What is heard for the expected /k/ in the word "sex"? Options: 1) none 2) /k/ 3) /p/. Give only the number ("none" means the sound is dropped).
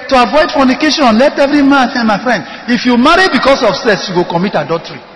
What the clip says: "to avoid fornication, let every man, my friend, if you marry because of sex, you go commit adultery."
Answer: 1